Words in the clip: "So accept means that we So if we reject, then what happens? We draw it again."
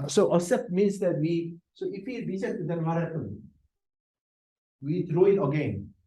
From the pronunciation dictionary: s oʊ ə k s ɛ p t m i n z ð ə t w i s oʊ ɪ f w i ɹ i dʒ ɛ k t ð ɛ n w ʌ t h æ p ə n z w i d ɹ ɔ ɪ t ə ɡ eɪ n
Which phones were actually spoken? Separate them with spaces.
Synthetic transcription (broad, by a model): s oʊ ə s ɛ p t m i n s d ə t w i s oʊ ɪ f w i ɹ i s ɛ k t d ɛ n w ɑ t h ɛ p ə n w i d ɹ ɔ ɪ t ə ɡ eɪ n